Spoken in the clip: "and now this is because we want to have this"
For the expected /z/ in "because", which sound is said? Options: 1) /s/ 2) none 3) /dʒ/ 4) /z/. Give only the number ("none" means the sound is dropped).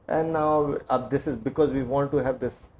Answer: 4